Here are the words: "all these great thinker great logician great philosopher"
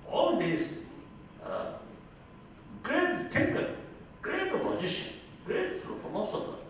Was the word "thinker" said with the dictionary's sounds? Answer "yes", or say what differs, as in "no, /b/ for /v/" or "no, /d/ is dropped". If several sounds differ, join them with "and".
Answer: no, /t/ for /θ/